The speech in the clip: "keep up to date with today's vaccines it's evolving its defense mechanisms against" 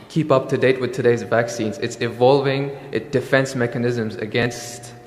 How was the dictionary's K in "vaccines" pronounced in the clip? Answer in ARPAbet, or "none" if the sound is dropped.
K